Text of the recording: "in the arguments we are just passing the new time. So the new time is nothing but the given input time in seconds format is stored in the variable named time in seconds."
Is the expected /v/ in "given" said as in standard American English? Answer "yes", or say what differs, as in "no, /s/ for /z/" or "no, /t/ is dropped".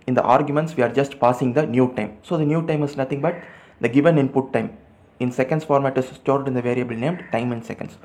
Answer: yes